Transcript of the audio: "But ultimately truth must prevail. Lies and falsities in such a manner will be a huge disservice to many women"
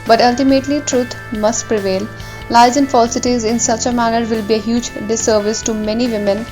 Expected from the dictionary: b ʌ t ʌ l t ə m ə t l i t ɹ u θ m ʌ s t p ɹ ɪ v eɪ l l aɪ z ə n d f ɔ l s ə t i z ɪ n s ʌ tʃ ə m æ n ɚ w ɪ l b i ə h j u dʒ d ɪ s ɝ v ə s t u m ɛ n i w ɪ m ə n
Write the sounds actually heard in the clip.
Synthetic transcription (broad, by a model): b ʌ t ʌ l t ə m ə t l i t ɹ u t m ʌ s t p ɹ ɪ v eɪ l l aɪ z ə n f ɔ l s ə t i z ɪ n s ʌ tʃ ə m æ n ɚ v ɪ l b i ə h j u dʒ d ɪ s ɝ v ə s t u m ɛ n i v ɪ m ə n